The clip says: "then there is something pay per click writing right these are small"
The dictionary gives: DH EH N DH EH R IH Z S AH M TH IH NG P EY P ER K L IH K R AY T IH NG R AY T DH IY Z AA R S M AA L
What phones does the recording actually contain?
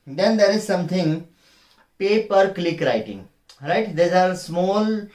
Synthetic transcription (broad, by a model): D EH N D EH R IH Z S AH M T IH NG P EY P ER K L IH K R AY T IH NG R AY T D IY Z AA R S M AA L